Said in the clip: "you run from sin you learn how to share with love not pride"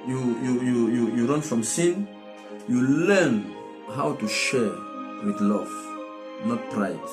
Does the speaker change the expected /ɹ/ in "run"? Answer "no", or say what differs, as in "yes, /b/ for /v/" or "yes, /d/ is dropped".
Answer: no